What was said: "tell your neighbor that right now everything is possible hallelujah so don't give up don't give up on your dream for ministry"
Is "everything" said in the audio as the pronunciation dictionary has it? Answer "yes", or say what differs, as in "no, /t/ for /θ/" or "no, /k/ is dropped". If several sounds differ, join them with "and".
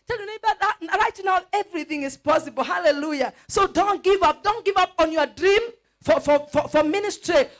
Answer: yes